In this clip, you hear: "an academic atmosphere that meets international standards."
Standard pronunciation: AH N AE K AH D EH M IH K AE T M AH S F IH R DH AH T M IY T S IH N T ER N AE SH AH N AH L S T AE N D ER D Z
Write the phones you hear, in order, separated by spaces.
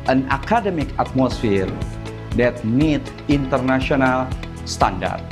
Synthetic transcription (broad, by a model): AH N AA K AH D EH M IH K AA T M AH S F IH R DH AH T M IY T IH N T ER N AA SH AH N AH L S T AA N D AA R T